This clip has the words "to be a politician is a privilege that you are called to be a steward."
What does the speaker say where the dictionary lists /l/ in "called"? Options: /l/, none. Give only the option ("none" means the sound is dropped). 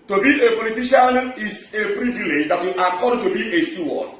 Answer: none